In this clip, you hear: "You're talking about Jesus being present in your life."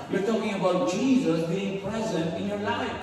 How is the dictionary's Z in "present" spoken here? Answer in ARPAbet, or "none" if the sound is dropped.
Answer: Z